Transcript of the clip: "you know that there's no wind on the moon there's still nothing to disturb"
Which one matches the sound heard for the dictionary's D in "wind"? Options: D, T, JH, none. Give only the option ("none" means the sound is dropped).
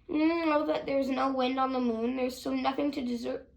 D